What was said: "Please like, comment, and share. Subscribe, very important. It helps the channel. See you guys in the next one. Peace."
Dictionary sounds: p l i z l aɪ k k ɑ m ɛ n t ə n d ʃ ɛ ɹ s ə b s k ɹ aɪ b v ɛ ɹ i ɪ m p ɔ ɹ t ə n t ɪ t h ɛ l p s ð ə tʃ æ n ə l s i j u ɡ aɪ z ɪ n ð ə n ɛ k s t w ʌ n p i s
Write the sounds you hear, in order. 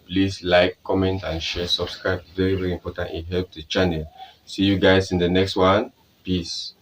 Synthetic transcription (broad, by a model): p l i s l aɪ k k ɑ m ɛ n t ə n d ʃ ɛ s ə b s k ɹ aɪ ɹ v ɛ ɹ i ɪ m p ɔ t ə n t ɪ t h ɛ l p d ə tʃ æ n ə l s i j u ɡ aɪ s ɪ n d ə n ɛ k s t w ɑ n p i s